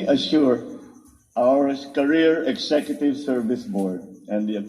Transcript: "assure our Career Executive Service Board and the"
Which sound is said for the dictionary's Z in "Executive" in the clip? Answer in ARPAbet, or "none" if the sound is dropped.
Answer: S